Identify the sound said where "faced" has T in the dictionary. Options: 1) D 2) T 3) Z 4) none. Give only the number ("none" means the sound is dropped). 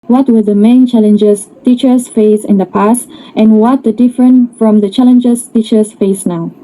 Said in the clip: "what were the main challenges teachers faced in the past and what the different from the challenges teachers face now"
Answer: 4